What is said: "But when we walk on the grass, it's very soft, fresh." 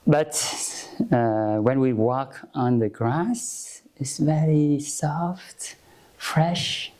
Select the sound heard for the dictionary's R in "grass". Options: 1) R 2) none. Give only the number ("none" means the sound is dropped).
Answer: 1